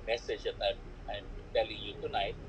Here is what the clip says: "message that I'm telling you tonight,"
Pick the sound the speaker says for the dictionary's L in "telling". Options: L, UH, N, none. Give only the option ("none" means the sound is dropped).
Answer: L